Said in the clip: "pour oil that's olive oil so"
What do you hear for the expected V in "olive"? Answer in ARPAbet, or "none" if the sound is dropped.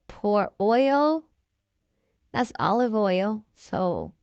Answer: V